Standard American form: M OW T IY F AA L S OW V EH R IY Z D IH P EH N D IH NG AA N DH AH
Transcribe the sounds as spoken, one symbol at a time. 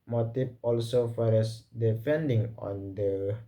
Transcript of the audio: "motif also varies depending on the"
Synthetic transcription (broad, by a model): M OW T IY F AA L S OW F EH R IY S D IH F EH N D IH NG AA N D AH